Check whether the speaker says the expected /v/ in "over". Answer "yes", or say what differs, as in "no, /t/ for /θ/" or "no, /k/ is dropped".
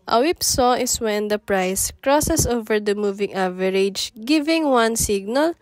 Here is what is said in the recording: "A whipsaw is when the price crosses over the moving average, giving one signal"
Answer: yes